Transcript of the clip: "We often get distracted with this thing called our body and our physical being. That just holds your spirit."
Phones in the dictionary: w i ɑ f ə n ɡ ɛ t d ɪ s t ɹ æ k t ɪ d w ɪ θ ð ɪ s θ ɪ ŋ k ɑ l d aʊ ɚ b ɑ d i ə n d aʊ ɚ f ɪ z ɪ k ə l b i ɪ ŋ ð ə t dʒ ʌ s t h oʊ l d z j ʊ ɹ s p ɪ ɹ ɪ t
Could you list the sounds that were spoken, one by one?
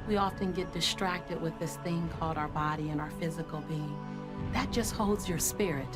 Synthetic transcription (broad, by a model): w i ɑ f ə n ɡ ɛ t d ɪ s t ɹ æ k t ɪ d w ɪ ð ɪ s θ ɪ ŋ k ɑ l d aʊ ɚ b ɑ d i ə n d aʊ ɚ f ɪ z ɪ k l b i ɪ ŋ ð ə t dʒ ʌ s t h oʊ l d z j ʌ ɹ s p ɪ ɹ ɪ t